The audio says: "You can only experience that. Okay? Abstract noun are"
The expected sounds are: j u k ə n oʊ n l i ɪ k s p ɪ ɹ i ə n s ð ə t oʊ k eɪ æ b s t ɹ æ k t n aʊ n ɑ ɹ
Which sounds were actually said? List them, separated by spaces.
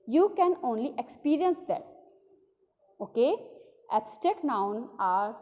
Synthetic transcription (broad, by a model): j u k ə n oʊ n l i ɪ k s p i ɹ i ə n s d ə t oʊ k eɪ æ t s t ɛ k n aʊ n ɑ ɹ